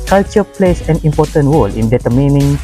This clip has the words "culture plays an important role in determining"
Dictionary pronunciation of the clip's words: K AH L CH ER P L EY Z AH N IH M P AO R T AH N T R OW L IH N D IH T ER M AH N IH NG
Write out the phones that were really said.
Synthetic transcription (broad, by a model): K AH L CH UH P L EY S AH N IH M P AO R T AH N T W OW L IH N D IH T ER M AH N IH NG